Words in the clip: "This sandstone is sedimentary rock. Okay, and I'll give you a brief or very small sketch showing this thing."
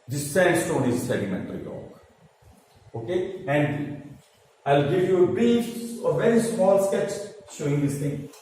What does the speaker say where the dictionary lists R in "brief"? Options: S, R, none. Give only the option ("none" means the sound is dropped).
none